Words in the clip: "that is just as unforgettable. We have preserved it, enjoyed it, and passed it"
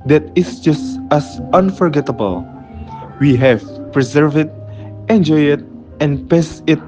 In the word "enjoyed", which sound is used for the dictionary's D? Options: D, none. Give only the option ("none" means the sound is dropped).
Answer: none